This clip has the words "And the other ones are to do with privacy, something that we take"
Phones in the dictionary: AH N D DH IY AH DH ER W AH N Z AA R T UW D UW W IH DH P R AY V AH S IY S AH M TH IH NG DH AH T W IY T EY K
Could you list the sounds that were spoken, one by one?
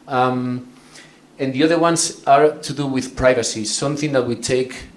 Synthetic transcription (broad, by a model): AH N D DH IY AH DH ER W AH N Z AA R T UW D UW W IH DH P R AY V AH S IY S AH M TH IH NG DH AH T W IY T EY K